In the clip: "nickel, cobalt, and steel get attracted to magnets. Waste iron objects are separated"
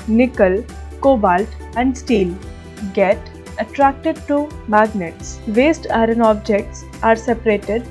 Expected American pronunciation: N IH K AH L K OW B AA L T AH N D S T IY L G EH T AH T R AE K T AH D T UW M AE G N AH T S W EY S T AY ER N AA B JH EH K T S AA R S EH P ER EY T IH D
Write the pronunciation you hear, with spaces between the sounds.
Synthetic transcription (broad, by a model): N IH K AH L K OW B AA L T AH N D S T IY L G EH T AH T R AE K T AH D T UW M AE G N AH T S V EY S T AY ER N AA B JH EH K T S AA R S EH P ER EY T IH D